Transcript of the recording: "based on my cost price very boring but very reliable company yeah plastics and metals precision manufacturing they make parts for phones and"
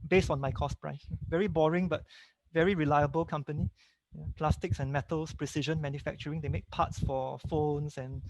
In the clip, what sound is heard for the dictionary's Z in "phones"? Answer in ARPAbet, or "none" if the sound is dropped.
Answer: S